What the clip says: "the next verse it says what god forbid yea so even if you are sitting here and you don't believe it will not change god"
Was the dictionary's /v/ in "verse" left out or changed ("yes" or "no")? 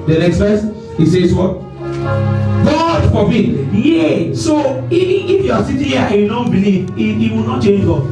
yes